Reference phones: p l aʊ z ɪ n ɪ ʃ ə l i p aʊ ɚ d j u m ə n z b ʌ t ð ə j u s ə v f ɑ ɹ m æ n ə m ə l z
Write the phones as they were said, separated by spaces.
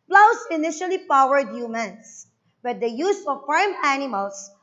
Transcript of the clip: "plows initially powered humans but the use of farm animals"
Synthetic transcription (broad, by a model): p l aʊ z ɪ n ɪ ʃ ə l i p aʊ ɚ d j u m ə n s b ʌ t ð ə j u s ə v f ɑ ɹ m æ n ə m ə l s